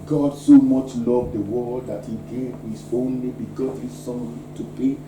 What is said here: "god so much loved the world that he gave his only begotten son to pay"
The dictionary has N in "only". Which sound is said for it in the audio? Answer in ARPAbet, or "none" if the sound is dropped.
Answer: N